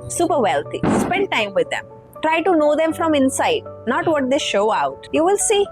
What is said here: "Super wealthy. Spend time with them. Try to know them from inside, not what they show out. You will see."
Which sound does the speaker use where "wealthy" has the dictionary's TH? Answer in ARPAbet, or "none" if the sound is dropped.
T